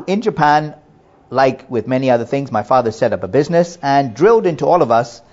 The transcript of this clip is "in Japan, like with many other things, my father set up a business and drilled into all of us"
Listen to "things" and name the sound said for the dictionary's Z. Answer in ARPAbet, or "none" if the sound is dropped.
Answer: Z